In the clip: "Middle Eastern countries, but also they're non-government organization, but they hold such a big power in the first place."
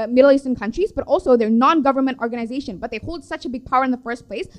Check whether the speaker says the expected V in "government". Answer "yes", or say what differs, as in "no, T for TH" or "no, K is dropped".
yes